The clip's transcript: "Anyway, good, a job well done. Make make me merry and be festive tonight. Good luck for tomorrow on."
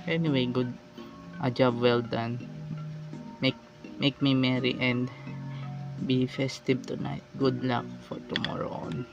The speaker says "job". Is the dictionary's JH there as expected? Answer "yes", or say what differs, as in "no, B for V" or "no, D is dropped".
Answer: yes